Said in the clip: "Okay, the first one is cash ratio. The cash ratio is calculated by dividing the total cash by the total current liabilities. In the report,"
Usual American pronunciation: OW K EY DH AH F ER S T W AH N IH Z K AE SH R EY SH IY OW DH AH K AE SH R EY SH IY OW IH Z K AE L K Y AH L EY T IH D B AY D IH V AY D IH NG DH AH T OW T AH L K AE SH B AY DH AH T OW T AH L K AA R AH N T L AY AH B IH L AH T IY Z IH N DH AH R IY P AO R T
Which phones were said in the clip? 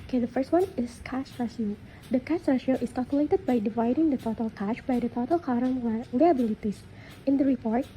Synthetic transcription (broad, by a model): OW K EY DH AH F ER S T W AH N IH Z K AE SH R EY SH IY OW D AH K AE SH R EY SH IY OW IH S K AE L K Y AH L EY T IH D B AY D IH V AY D IH NG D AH T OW T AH L K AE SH B AY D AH T OW T AH L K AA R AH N L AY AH B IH L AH T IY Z IH N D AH R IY P AO R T